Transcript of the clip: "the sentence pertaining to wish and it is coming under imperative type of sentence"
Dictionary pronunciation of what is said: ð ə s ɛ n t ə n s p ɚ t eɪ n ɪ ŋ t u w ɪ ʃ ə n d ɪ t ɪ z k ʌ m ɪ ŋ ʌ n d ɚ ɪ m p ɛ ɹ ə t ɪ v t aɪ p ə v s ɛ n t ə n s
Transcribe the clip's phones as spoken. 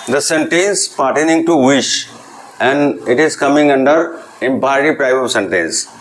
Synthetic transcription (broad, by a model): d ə s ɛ n t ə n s p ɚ t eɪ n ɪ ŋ t u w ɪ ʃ ə n d ɪ t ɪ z k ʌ m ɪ ŋ ʌ n d ɚ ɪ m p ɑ ə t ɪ p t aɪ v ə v s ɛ n t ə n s